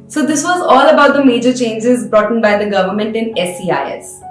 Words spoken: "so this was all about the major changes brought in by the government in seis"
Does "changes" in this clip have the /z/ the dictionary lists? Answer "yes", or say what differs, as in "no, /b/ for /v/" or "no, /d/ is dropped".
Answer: yes